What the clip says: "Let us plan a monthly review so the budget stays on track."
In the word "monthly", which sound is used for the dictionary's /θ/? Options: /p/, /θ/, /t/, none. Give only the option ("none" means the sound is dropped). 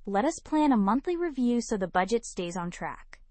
/θ/